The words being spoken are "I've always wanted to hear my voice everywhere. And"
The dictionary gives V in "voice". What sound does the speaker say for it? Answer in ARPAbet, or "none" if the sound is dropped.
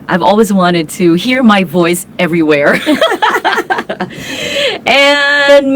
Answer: V